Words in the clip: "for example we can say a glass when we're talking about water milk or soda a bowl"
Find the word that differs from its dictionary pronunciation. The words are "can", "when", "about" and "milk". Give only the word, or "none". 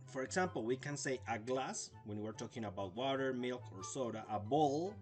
none